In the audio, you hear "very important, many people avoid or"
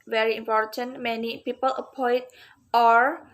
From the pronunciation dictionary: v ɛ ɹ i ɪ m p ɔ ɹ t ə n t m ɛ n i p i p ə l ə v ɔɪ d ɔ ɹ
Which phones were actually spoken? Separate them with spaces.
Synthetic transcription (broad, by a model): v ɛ ɹ i ɪ m p ɔ ɹ t ə n t m ɛ n i p i p ə l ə p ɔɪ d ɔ ɹ